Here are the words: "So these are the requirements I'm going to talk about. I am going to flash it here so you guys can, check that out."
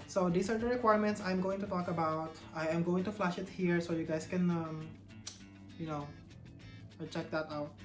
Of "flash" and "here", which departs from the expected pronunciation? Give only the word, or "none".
none